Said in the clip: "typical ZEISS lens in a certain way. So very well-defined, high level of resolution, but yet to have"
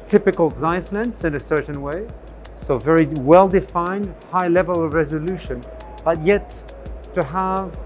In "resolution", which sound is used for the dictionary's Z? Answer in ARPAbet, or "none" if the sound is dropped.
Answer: Z